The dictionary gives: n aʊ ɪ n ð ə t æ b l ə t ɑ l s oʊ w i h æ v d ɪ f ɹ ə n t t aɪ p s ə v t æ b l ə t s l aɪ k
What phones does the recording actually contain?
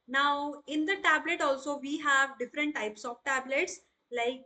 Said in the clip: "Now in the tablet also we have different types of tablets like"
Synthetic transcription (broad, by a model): n aʊ ɪ n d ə t æ b l ə t ɑ l s oʊ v i h æ v d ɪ f ɹ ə n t t aɪ p s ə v t æ b l ə t s l aɪ k